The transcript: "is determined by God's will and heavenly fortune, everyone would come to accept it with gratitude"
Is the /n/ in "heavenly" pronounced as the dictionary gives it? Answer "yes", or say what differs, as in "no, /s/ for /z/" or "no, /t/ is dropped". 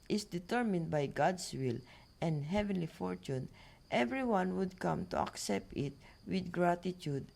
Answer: yes